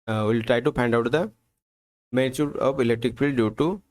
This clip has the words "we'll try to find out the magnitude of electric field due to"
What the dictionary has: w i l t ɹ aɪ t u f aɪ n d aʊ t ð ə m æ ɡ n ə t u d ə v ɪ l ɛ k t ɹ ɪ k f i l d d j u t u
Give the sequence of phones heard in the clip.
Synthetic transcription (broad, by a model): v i l t ɹ aɪ t u p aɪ n d aʊ t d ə m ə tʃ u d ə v ɪ l ɛ k t ɹ ɪ k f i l d d j u t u